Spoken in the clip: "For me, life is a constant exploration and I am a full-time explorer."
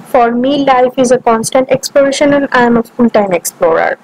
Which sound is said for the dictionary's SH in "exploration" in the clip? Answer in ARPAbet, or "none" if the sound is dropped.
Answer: SH